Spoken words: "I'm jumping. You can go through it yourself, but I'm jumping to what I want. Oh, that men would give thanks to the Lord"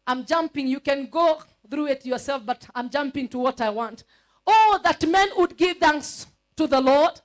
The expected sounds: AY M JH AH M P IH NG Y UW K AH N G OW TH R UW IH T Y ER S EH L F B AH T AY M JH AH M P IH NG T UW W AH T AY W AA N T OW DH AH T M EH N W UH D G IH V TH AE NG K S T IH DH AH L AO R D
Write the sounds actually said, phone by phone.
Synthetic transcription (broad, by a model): AY M JH AH M P IH NG Y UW K AH N G OW TH R UW IH T Y ER S EH L F B AH T AY M JH AH M P IH NG T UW W AH T AY W AA N T OW DH AH T M EH N W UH D G IH V TH AE NG K S T IH DH AH L AO R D